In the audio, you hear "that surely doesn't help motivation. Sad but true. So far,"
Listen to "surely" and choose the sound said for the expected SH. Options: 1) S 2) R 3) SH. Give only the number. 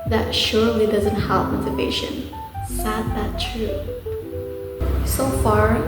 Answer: 3